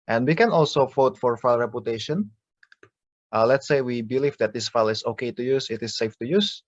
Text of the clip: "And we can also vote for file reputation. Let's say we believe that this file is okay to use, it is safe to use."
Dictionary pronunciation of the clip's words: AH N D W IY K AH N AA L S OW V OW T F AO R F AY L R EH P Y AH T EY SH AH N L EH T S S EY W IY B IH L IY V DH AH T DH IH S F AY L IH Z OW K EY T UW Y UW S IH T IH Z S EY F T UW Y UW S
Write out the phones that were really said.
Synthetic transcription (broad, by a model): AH N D W IY K AH N AA L S OW F OW T F AO R F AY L R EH P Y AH T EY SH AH N L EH T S S EY W IY B IH L IY V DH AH T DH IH S F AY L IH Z OW K EY T UW Y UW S IH T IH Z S EY F T UW Y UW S